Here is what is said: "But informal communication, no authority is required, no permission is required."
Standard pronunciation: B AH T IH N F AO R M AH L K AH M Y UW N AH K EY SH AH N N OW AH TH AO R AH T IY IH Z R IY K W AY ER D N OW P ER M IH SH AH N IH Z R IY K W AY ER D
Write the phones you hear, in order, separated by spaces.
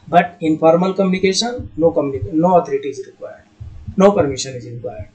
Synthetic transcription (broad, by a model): B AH T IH N P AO R M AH L K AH M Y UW N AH K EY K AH N N OW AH T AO R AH T IY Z R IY K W AY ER D N OW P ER M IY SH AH N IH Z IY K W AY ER D